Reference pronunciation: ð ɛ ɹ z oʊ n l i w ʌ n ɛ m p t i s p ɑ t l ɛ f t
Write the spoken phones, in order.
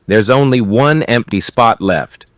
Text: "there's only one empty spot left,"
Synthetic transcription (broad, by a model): ð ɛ ɹ z oʊ n l i w ʌ n ɛ m p t i s p ɑ t l ɛ f t